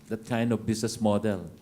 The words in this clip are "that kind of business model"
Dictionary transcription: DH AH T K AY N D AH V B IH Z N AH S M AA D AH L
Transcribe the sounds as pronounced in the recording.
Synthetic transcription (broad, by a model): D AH T K AY N D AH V B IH S N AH S M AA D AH L